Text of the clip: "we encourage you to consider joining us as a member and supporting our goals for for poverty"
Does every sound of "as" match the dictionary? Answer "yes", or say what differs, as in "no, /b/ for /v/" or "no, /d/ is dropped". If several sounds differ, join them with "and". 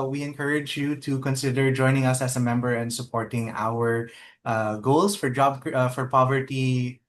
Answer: no, /s/ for /z/